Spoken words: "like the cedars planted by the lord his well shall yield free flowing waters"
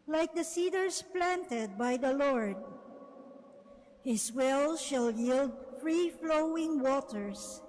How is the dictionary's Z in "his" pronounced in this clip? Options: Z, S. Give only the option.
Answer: S